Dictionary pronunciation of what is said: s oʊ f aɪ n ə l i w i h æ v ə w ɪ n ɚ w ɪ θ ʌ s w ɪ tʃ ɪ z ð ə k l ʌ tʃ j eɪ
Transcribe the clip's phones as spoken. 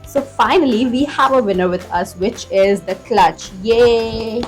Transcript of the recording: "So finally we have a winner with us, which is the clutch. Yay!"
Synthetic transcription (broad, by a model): s oʊ f aɪ n ə l i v i h æ v ə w ɪ n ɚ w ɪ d ʌ s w ɪ tʃ ɪ z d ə k l ʌ tʃ j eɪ